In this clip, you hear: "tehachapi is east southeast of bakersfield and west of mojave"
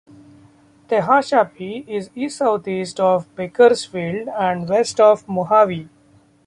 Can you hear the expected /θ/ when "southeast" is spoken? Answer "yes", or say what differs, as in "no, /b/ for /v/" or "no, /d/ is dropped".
no, /t/ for /θ/